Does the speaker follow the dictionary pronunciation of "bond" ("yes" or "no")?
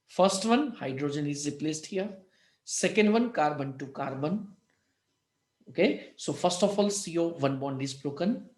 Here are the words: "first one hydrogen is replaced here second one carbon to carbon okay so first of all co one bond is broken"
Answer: yes